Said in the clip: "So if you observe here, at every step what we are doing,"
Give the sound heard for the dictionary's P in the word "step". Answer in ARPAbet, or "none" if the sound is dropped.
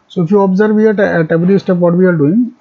P